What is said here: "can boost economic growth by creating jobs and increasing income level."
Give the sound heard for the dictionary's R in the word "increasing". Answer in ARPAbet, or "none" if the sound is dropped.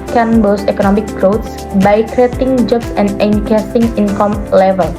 none